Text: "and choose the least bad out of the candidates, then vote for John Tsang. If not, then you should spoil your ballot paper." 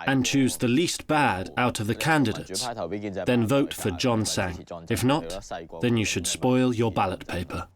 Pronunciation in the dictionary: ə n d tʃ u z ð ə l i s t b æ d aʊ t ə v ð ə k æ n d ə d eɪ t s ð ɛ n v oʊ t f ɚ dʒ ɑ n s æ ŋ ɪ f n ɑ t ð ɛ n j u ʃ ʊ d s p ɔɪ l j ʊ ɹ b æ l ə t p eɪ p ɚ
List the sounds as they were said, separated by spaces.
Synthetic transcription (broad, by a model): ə n tʃ u z ð ə l i s t b æ d aʊ t ə v ð ə k æ n d ə d eɪ t s ð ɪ n v oʊ t f ɚ dʒ ɑ n s æ ŋ ɪ f n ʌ t ð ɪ n j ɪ ʃ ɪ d s p ɔɪ l j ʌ ɹ b æ l ə t p eɪ p ɚ